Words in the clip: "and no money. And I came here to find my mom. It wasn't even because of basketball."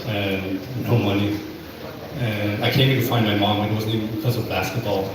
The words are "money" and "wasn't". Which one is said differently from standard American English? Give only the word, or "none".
wasn't